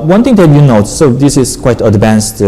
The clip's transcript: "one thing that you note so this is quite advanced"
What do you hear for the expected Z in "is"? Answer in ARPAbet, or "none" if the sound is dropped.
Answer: S